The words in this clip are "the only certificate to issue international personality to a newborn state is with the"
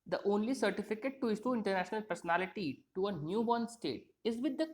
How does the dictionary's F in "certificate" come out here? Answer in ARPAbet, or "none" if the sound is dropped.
F